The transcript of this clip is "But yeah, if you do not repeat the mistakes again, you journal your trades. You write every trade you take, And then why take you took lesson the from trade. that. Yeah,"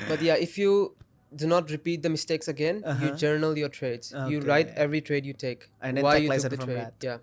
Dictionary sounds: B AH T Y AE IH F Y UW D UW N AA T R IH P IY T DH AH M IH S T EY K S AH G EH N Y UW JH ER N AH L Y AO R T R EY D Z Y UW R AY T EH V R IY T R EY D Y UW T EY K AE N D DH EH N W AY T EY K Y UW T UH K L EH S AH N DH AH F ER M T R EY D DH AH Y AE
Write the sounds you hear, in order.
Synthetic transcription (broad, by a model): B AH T Y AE IH F Y UW D UW N AA T R IH P IY T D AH M IH S T EY K S AH G EH N Y UW JH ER N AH L Y AO R T R EY D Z Y UW R AY T EH V R IY T R EY D Y UW T EY K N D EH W AY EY Y UW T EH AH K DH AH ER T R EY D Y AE